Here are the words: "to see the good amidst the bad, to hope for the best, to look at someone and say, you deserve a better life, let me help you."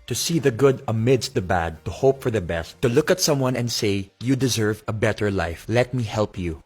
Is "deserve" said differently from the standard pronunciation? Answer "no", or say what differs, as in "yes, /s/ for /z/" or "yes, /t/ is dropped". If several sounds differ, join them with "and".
no